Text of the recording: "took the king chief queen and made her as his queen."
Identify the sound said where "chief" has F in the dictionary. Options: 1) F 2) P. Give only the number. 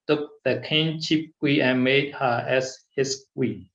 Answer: 2